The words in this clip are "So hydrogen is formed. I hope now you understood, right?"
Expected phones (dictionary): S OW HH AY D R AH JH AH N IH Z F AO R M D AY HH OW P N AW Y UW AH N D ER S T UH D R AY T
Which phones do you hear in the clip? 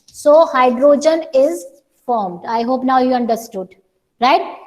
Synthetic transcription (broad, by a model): S OW HH AY D R AH JH AH N IH Z F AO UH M D AY HH OW P N AW Y UW AH N D ER S T UH D R AY T